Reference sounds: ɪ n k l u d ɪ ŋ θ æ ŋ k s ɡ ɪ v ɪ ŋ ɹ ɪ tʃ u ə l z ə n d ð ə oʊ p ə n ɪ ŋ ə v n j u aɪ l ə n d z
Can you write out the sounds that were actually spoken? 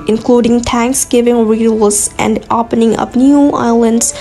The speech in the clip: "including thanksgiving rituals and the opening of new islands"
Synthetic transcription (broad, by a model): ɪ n k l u d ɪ ŋ t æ ŋ k s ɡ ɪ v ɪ ŋ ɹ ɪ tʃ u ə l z ə n d oʊ p ə n ɪ ŋ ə p n j u aɪ l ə n d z